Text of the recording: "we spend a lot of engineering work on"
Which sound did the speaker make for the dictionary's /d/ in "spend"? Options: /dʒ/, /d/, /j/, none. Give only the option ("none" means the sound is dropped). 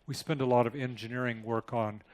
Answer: /d/